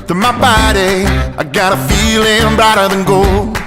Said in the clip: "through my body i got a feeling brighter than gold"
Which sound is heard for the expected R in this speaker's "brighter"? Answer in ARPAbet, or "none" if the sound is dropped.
none